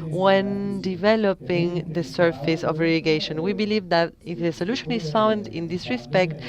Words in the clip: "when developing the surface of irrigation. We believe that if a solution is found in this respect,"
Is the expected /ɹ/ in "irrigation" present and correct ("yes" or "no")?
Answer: no